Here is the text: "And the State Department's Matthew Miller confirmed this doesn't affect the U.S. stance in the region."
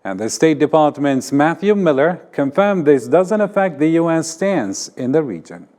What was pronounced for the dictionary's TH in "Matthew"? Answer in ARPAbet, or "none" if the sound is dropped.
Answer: TH